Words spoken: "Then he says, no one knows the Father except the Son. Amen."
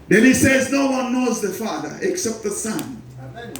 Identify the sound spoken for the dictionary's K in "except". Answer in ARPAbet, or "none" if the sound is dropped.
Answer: K